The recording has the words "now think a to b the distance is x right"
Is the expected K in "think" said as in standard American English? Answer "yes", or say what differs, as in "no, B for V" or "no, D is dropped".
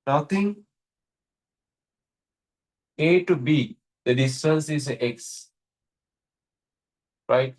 no, K is dropped